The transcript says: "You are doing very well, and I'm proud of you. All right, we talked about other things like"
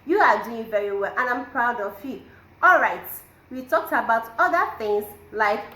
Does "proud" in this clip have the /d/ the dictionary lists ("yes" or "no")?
yes